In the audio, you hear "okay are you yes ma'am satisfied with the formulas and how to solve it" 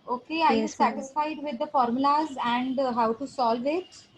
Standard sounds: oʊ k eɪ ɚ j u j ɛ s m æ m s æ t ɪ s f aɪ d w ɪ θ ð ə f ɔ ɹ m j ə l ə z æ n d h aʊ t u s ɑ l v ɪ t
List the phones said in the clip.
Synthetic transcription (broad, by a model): oʊ k eɪ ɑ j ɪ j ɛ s s æ t ɪ s f aɪ d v ɪ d ə f ɔ ɹ m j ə l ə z æ n d h aʊ t u s ɑ l v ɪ t